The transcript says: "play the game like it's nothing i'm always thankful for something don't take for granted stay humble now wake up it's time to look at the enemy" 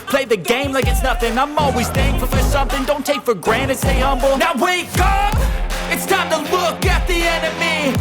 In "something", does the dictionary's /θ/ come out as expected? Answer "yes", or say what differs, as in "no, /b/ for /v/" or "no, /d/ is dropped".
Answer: yes